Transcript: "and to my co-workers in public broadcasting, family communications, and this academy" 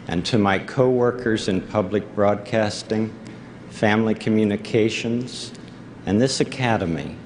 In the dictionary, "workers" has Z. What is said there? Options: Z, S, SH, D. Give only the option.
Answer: Z